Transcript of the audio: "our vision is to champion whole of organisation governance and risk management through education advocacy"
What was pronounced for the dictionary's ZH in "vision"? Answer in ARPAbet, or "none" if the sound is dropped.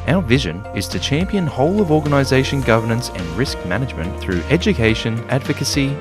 ZH